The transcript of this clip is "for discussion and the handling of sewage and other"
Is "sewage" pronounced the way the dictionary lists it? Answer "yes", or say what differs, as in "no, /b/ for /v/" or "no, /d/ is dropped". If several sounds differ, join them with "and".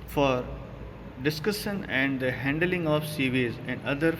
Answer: no, /z/ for /dʒ/